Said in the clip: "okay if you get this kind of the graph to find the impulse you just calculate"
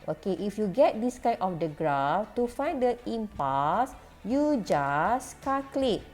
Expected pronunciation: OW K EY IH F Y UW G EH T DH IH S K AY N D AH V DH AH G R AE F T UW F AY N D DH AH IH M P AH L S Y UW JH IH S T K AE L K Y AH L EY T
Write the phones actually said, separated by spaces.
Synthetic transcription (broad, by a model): OW K EY IH F Y UW G EH T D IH S K AY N AH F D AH G R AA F T UW F AY N D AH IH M P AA S Y UW JH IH S K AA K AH L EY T